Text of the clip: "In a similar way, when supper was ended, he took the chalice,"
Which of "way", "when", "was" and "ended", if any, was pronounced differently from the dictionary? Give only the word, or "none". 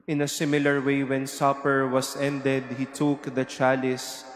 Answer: was